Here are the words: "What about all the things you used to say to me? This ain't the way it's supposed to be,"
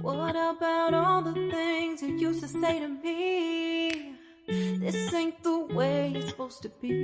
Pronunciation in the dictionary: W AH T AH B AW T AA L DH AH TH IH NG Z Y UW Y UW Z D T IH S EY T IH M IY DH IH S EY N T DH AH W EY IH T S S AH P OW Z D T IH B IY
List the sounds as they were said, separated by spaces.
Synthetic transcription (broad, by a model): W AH T AH B AW T AA L DH AH TH IH NG Z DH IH Y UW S T IH S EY T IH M IY DH IH S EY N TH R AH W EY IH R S S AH P OW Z T IH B IY